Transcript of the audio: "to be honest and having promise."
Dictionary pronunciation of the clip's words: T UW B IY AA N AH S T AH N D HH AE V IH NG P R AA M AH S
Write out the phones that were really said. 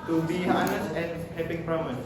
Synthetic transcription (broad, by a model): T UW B IY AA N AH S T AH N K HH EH P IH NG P R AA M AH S